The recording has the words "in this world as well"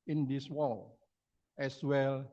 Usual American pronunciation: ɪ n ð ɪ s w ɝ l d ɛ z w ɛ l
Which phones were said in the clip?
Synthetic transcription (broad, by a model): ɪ n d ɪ s w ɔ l ɛ s w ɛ l